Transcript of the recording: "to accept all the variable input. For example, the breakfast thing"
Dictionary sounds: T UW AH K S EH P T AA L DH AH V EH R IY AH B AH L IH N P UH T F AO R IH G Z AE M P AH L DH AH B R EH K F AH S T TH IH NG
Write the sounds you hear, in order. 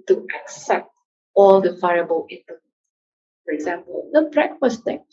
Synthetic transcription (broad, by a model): T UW AH K S EH P T AA L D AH F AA IY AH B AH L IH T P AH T F AO R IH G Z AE M P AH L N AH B R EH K F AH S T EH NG